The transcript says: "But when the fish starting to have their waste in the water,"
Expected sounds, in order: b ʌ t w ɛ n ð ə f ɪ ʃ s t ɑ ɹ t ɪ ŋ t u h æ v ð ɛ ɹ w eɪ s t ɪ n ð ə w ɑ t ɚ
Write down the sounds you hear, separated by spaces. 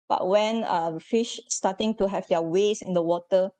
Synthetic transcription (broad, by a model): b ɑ t w ɛ n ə f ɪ ʃ s t ɑ t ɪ ŋ t u h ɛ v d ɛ w eɪ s ɪ n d ə w ɑ t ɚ